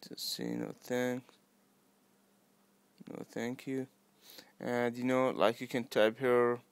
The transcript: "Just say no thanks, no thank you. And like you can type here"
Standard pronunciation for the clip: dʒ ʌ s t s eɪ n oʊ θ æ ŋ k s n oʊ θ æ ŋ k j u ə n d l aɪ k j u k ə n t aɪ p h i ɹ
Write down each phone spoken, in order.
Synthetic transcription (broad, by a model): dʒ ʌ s t s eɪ n oʊ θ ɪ ŋ n oʊ θ æ ŋ k j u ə n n l aɪ k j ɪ k ə n t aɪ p h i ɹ